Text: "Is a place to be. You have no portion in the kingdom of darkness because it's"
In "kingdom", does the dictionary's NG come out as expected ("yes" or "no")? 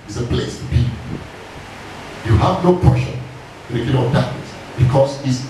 no